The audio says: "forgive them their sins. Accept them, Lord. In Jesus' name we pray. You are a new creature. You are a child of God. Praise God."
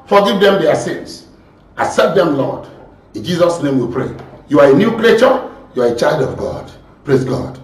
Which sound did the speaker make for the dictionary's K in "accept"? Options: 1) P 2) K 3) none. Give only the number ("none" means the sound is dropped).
3